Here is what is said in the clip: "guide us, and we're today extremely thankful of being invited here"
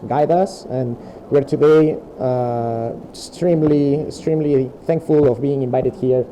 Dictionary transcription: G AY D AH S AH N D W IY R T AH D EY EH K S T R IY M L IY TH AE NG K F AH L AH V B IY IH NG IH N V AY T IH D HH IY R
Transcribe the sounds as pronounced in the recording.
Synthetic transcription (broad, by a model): G AY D AH S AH N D W IY R T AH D EY EH K S T R IY M L IY TH AE NG K F AH L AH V B IY IH NG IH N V AY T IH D HH IY R